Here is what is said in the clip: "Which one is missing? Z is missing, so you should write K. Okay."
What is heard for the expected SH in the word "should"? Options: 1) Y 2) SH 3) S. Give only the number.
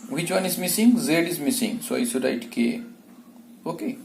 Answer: 3